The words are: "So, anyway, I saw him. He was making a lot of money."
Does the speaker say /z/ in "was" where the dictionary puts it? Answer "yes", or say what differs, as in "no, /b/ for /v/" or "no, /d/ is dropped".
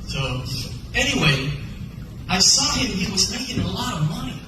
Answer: yes